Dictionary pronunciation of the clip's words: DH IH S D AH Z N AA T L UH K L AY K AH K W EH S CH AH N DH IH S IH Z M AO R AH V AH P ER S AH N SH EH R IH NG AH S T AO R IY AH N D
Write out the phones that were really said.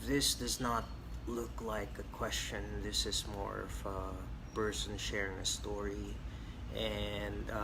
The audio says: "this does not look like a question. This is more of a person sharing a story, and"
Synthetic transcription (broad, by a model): DH IH S D AH Z N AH T L UH K L AY K AH K W EH S CH AH N DH IH S IH Z M AO R AH V AH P ER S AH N SH EH R IH NG AH S T AO R IY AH N